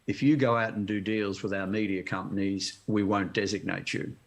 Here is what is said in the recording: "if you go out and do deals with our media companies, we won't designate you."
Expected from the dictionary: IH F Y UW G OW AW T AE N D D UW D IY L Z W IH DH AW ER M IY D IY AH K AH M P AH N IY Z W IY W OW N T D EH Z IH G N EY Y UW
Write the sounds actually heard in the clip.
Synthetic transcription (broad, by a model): IH F Y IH G OW AW T N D D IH D IY L Z W IH DH AW ER M IY D IY AH K AH M P AH N IY Z W IY W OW N D EH Z IH G N EY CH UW